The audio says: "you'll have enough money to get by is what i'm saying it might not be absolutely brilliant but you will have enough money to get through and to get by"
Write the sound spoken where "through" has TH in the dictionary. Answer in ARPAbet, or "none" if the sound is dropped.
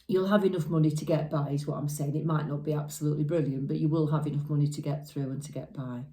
TH